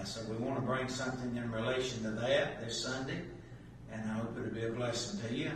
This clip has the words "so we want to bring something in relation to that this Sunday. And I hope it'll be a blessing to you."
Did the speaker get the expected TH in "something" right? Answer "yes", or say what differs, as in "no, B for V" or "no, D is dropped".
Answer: yes